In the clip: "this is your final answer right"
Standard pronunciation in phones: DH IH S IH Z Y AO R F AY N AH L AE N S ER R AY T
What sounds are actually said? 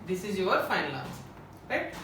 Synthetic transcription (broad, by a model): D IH S IH Z Y AO R F AY N AH L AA S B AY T